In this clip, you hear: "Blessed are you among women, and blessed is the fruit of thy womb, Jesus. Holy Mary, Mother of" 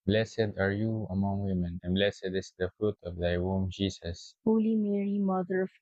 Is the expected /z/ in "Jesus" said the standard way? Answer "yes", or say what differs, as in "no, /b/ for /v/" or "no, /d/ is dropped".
no, /s/ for /z/